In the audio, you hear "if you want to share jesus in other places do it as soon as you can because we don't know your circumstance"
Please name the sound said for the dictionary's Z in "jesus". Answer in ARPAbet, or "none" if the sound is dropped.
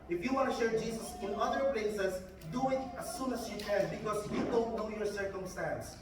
S